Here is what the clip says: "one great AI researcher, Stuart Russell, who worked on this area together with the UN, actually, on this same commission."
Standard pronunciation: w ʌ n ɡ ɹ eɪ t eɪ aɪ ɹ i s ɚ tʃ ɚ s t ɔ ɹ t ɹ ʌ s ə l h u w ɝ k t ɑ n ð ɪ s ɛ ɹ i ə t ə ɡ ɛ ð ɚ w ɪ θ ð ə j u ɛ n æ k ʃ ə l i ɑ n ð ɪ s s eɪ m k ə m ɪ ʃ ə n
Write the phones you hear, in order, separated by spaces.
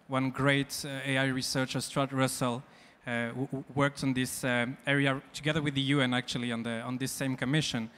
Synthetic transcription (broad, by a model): w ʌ n ɡ ɹ eɪ t eɪ aɪ ɹ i s ɚ tʃ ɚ s t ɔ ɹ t ɹ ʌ s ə l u w ɝ k t n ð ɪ s ɛ ɹ i ə t ə ɡ ɛ ð ɚ w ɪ ð ə j u ɛ n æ k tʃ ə l i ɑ n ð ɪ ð s eɪ m k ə m ɪ ʃ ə n